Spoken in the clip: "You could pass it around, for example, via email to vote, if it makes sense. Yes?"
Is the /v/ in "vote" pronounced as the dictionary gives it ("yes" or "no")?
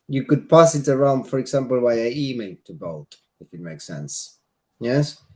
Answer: no